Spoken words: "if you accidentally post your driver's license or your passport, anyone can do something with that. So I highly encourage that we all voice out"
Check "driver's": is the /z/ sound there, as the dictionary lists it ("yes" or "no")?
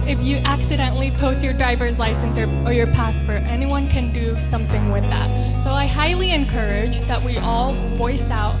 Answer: yes